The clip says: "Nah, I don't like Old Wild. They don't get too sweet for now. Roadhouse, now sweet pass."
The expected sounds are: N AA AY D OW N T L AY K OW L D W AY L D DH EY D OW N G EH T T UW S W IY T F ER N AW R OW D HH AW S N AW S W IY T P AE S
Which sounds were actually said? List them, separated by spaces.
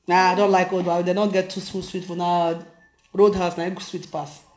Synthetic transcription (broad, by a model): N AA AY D OW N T L AY K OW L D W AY D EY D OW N G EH T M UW S W IY T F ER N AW R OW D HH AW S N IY S W IY T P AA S